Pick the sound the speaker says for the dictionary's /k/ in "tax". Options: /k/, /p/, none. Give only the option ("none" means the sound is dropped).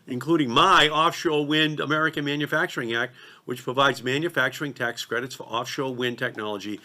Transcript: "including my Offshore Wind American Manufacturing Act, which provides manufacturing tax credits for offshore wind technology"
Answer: /k/